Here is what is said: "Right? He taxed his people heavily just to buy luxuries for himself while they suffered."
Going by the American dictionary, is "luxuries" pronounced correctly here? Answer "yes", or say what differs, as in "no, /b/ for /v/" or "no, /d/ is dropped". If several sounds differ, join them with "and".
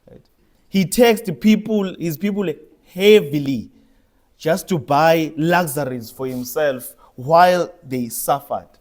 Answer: no, /z/ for /ʒ/